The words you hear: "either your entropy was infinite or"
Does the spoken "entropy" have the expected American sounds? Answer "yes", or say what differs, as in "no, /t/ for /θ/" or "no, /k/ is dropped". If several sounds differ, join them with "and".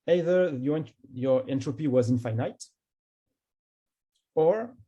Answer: yes